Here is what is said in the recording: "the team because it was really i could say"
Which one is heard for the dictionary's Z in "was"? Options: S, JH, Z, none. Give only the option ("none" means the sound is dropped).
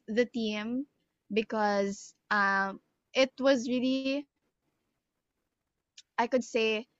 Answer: Z